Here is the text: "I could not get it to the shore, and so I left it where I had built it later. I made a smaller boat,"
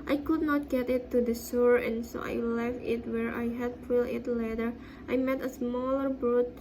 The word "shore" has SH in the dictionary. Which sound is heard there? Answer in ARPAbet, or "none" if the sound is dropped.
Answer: S